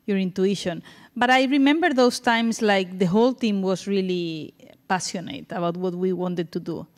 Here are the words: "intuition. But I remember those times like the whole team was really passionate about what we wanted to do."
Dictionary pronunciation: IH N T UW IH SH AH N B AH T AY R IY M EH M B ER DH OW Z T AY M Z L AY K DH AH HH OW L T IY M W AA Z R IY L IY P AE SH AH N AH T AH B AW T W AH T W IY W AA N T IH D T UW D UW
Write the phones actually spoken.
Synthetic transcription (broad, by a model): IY N T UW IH SH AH N B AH T AY R IY M EH M B ER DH OW S T AY M S L AY K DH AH HH OW L T IY M W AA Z R IY L IY P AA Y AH N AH T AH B AW T W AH T W IY W AA N T IH D T UW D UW